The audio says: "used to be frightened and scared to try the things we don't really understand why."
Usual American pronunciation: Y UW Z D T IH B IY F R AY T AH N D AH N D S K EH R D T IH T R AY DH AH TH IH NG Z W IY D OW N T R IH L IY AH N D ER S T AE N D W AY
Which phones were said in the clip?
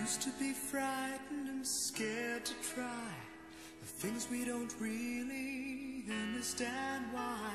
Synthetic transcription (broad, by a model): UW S T IH B IY F R AY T N D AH N S K EH R D T IH T R AY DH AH TH IH NG Z W IY D OW N T R IH L IY AH N D ER S T AE N D W AY